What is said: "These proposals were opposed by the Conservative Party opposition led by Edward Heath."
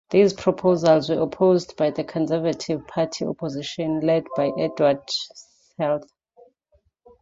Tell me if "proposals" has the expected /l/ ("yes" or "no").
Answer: yes